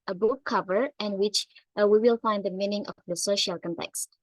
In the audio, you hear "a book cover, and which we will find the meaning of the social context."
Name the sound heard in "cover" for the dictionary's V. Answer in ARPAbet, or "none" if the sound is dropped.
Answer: V